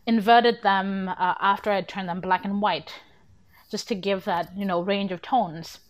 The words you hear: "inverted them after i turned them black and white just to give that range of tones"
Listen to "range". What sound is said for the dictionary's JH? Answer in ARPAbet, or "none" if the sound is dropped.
JH